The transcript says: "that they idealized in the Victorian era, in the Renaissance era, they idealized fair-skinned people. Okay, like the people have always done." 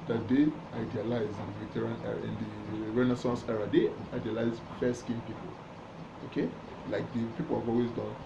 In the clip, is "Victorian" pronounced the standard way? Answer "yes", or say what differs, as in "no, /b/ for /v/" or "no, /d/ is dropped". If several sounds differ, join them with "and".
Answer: no, /k/ is dropped